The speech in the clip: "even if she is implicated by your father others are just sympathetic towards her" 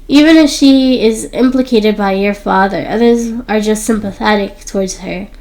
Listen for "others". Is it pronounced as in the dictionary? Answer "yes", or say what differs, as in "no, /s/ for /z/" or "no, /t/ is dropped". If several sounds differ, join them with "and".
yes